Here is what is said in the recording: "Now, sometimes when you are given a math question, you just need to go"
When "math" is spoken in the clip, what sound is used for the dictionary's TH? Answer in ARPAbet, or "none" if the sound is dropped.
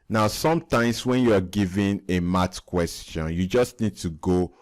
T